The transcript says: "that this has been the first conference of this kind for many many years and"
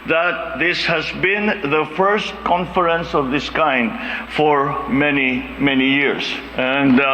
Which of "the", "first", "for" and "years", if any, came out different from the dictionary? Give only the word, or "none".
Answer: years